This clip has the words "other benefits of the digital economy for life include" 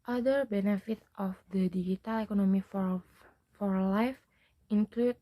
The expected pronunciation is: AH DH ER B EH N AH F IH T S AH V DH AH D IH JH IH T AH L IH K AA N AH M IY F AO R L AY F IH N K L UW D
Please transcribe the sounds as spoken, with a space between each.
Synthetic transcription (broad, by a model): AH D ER B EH N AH F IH T AH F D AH D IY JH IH T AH L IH K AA N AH M IY F AO R L AY F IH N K L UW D